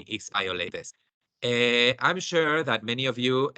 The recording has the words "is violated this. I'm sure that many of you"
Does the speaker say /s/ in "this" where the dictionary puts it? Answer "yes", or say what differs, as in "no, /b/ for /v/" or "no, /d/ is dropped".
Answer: no, /s/ is dropped